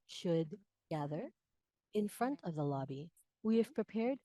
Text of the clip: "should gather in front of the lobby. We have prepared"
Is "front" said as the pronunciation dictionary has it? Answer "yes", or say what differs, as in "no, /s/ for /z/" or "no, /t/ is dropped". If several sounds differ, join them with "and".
yes